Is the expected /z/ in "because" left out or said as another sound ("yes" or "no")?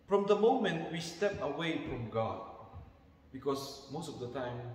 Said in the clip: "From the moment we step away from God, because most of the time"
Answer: yes